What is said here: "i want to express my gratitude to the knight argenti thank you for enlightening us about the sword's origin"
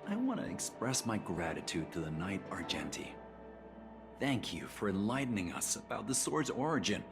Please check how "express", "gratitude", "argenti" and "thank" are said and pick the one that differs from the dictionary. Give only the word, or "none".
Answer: none